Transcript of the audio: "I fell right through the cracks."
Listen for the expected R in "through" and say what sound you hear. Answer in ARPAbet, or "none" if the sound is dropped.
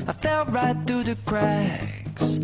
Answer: R